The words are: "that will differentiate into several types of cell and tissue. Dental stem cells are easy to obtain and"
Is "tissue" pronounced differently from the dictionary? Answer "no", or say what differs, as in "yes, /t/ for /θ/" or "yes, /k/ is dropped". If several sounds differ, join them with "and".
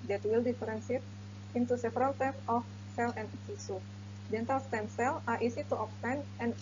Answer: yes, /s/ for /ʃ/